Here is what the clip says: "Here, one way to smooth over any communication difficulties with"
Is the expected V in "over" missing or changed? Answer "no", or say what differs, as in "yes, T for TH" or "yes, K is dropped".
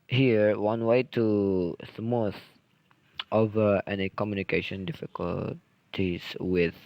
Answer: no